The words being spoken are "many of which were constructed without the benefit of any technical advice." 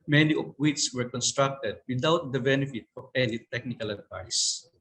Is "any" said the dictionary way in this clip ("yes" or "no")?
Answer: no